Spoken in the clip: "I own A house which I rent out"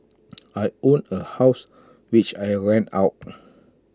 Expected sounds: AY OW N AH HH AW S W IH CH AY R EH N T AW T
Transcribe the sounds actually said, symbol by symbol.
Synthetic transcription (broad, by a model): AY OW N AH HH AW S W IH CH AY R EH N AW T